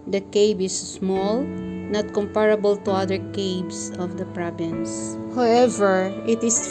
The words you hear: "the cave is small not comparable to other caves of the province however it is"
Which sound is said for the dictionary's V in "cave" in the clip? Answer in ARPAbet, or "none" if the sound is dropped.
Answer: B